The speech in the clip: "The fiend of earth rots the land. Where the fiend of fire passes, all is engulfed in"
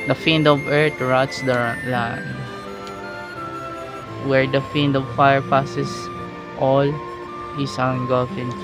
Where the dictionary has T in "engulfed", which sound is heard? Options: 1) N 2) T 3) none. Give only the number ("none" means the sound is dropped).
3